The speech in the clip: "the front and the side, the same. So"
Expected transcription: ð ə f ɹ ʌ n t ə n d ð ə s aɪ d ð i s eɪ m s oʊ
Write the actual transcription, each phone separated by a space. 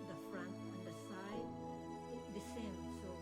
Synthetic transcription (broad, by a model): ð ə f ɹ ʌ n t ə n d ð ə s aɪ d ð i s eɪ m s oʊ